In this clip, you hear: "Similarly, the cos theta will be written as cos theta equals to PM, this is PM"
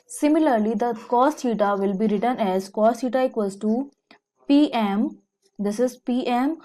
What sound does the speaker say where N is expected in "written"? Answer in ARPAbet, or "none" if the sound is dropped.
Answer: N